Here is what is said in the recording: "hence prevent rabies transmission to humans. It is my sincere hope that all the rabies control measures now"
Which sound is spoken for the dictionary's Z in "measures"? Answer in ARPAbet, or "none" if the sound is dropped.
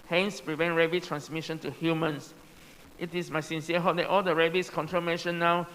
none